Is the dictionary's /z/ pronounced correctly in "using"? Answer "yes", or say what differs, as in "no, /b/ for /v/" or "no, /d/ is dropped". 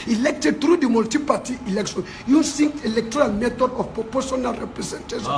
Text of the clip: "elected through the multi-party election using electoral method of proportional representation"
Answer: no, /s/ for /z/